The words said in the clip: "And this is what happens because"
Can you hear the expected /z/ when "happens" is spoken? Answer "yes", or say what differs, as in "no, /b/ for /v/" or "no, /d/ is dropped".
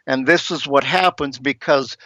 yes